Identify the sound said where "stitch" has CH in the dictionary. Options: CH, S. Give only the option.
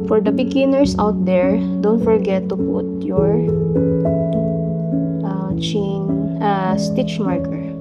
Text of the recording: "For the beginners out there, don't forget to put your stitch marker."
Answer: CH